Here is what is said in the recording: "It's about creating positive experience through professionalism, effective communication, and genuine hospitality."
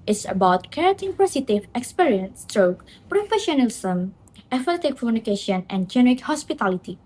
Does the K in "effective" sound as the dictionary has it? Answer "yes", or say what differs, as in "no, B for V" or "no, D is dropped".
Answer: no, K is dropped